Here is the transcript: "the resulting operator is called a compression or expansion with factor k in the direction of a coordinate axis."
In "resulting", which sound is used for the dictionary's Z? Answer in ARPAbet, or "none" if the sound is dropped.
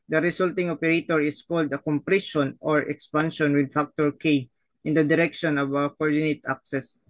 S